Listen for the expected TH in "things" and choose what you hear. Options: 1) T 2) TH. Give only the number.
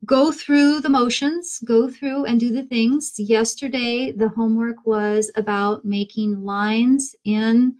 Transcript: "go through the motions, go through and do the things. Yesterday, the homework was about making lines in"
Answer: 2